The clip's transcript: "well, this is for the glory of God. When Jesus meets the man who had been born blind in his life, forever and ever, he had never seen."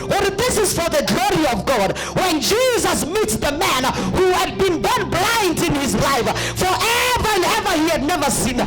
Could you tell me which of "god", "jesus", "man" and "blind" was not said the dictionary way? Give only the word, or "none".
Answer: none